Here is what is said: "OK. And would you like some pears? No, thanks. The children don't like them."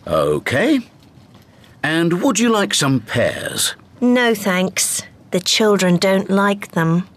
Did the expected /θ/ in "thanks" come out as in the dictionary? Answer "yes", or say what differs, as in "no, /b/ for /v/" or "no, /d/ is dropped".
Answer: yes